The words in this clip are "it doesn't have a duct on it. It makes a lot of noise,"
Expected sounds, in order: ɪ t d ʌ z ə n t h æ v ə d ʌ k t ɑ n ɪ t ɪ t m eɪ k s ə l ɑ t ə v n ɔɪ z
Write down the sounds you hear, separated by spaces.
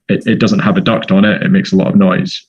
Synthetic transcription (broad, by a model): ɪ t d ʌ z ə n t h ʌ v ə d ʌ k t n ɪ t ɪ t m eɪ k s ə l ɑ t ə v n ɔɪ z